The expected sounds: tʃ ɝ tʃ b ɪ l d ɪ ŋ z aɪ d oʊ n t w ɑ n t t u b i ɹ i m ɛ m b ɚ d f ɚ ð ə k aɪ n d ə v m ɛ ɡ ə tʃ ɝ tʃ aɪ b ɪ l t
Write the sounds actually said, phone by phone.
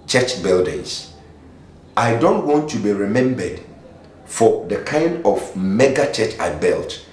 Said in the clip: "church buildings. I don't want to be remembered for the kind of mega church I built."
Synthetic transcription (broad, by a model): tʃ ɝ tʃ b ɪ l d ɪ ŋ s aɪ d oʊ n t w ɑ n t t u b i ɹ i m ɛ m b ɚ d f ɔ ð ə k aɪ n d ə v m ɛ ɡ ə tʃ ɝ tʃ aɪ b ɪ l t